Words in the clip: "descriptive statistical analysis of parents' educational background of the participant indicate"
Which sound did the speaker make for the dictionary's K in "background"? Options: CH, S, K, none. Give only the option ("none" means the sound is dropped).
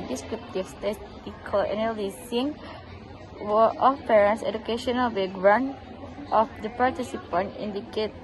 none